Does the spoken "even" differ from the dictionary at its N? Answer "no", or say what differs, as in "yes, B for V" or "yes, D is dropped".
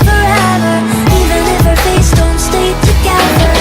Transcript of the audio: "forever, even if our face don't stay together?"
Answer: yes, L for N